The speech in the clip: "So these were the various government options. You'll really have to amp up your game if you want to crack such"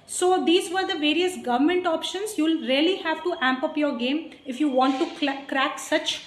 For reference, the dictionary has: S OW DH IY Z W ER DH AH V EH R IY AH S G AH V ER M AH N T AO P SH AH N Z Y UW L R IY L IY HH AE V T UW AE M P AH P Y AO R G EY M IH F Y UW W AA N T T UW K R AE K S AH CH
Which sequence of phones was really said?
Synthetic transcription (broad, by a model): S OW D IY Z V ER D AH V EH R IY AH S G AH V ER M AH N T AO P SH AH N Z Y UW L R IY L IY HH AE V T UW AE M P AH P Y AO R G EY M IH F Y UW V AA N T T UW K R AE K S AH CH